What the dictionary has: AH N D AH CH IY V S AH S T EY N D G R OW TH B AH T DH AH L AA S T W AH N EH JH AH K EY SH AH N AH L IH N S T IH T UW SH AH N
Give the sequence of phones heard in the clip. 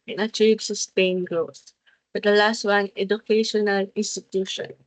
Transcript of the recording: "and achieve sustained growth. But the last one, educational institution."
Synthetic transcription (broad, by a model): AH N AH CH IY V S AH S T EY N G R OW S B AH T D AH L AA S T W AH N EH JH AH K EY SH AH N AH L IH N S T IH T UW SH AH N